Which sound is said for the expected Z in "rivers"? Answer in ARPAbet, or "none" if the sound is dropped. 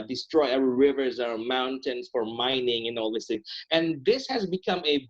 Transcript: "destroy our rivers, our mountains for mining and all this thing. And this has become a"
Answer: Z